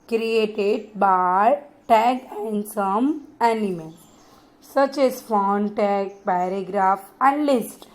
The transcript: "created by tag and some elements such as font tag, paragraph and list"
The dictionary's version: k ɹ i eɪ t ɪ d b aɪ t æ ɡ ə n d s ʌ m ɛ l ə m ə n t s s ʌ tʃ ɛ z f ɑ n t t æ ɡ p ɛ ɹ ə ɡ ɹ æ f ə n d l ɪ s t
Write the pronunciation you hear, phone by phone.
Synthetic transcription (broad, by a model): k ɹ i eɪ t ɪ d b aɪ t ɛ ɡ ə n d s ʌ m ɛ n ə m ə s s ʌ tʃ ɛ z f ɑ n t t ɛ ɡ p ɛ ɹ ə ɡ ɹ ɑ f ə n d l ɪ s t